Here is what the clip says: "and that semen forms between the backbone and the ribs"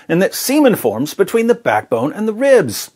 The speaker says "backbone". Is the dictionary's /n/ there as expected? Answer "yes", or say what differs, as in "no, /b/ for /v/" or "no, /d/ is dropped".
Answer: yes